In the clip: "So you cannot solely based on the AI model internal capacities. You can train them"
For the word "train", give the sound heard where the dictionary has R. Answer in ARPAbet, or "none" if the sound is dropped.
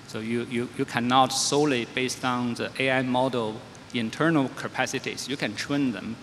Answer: W